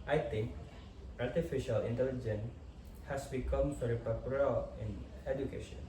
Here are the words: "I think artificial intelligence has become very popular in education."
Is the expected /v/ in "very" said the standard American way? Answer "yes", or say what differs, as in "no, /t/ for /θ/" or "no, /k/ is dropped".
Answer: no, /f/ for /v/